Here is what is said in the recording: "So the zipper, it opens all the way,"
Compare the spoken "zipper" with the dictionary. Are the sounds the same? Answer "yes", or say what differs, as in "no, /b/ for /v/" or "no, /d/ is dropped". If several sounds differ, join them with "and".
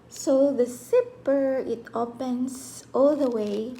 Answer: no, /s/ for /z/